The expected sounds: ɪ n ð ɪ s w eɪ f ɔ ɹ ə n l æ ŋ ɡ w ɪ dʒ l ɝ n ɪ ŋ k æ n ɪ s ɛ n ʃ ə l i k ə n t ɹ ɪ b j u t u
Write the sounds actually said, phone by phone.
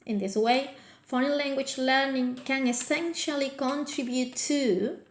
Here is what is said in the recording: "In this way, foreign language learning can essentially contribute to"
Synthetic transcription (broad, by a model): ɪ n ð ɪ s w eɪ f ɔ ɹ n l æ ŋ ɡ w ɪ dʒ l ɝ n ɪ ŋ k æ n ɪ s ɛ n ʃ ə l i k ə n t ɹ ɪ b j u t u